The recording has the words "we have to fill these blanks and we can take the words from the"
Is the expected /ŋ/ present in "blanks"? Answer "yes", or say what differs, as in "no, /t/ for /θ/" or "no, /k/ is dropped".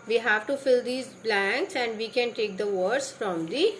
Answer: yes